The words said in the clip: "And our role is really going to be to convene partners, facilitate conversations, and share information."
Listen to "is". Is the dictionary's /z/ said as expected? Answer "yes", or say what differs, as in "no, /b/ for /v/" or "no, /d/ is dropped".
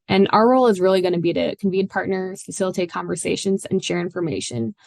yes